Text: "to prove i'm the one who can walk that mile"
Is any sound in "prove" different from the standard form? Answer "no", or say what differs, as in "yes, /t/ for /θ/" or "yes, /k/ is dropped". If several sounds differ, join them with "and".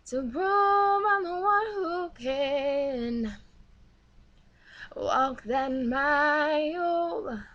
yes, /b/ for /p/